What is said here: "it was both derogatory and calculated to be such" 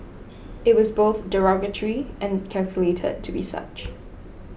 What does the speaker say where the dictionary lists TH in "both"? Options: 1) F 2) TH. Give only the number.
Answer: 2